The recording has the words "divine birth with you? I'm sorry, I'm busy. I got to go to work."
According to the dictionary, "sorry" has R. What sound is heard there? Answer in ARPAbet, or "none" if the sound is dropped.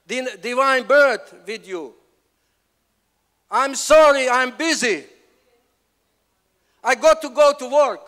R